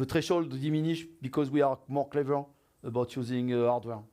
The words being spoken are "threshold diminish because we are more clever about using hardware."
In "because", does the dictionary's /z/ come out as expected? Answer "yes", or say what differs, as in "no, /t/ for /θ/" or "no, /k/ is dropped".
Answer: yes